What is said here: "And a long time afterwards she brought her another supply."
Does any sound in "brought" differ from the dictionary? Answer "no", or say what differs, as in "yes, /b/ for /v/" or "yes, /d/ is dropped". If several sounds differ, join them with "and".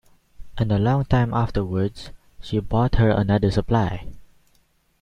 yes, /ɹ/ is dropped